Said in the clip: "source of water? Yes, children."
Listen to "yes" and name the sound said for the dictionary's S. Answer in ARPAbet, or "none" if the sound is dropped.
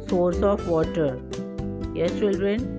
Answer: none